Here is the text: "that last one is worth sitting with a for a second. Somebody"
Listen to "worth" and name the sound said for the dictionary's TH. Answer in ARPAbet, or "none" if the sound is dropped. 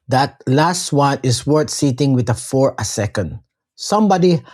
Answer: T